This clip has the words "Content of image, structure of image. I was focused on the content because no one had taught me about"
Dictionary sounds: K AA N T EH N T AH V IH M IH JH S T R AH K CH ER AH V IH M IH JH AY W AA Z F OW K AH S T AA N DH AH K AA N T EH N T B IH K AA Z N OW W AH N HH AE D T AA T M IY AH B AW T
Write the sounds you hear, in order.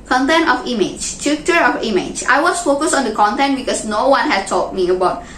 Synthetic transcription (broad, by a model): K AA N T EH N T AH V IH M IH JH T UW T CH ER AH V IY M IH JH AY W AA S F OW K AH S AA N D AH K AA N T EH N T B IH K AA S N OW W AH N HH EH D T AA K M IY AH B AW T